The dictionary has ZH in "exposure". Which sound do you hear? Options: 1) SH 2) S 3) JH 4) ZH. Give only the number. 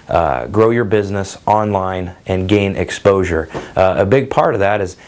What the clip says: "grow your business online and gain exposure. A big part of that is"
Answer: 4